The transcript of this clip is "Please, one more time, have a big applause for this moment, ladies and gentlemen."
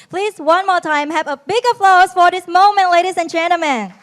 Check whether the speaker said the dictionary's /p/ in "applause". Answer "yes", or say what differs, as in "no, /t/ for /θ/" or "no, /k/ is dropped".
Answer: no, /f/ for /p/